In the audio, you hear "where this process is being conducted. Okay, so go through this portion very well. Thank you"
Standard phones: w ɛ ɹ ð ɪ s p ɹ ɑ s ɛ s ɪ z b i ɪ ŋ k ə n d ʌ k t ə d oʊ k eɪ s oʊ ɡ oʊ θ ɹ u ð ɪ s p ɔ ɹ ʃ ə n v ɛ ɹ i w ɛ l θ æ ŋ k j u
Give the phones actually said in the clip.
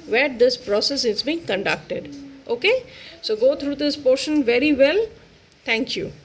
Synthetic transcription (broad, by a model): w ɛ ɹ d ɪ s p ɹ ɑ s ɛ s ɪ z b i ɪ ŋ k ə n d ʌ k t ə d oʊ k eɪ s oʊ ɡ oʊ t ɹ u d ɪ s p ɔ ɹ ʃ ə n v ɛ ɹ i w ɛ l t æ ŋ k j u